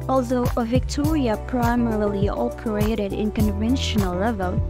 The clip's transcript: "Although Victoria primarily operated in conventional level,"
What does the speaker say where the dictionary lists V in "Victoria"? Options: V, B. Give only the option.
V